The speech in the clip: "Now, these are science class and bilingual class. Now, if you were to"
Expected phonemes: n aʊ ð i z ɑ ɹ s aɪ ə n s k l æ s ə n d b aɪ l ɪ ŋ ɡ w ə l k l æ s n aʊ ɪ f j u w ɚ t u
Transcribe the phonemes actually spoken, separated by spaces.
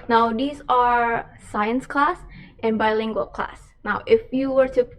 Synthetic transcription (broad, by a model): n aʊ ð i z ɑ ɹ s aɪ ə n s k l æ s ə n b aɪ l ɪ ŋ ɡ w ə l k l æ s n aʊ ɪ f j u w ɚ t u